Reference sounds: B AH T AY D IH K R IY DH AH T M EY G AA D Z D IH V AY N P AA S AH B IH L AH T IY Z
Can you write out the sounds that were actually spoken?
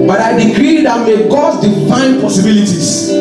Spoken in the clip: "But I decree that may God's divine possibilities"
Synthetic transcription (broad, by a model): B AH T AY D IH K R IY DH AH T M EY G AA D D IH F AY N P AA S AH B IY L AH T IY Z